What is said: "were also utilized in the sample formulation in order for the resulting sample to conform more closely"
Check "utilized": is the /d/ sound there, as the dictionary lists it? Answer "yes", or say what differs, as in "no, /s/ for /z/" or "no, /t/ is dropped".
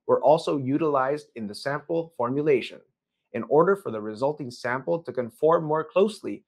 yes